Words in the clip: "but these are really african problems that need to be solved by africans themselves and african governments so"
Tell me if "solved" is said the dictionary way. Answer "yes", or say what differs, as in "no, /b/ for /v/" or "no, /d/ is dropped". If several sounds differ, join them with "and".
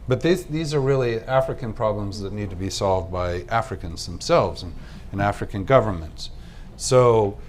yes